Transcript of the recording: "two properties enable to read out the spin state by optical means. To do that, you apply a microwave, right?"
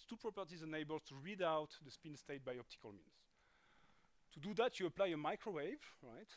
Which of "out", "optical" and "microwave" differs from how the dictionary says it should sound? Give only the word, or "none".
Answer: none